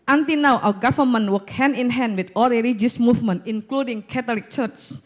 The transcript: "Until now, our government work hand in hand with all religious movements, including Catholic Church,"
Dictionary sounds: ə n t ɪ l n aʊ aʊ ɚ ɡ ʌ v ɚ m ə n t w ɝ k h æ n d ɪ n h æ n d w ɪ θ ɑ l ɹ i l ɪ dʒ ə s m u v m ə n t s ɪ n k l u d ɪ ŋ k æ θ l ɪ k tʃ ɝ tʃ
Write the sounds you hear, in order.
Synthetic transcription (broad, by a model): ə n t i n aʊ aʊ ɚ ɡ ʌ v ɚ m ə n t w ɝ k h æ n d ɪ n h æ n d w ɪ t ɑ l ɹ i l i dʒ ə s m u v m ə n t ɪ n k l u d ɪ ŋ k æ t l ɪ k tʃ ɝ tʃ